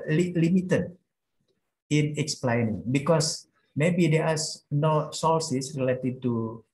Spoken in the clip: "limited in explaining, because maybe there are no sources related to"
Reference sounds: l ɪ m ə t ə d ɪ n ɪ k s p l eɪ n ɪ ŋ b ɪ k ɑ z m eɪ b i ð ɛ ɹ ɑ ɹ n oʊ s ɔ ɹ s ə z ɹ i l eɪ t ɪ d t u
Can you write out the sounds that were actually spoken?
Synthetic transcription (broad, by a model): l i m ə t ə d ɪ n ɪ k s p l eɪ n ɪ ŋ b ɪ k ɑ s m eɪ b i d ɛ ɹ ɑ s n oʊ s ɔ l s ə s ɹ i l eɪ t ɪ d t u